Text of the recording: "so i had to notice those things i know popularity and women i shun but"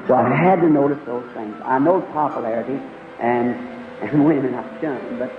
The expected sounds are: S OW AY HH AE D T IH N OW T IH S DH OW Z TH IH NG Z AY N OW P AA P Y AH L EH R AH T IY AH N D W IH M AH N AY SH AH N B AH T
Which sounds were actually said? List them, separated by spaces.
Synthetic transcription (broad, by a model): S OW AY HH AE D T IH N OW T IH S DH OW Z TH IH NG Z AY N OW P AA P Y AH L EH R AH T IY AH N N W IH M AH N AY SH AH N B AH T